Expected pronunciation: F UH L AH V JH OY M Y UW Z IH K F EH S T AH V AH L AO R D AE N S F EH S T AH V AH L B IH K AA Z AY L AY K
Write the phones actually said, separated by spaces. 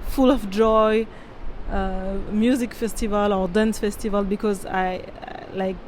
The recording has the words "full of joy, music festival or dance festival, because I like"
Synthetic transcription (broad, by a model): F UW L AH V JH OY M Y UW Z IH K F EH S T AH V AH L AO R D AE N S F EH S T AH V AH L B IH K AA Z AY L AY K